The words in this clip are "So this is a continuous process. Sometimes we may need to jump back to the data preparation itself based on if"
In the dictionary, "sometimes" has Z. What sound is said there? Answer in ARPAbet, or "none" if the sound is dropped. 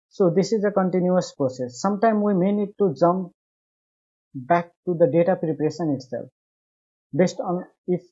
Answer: none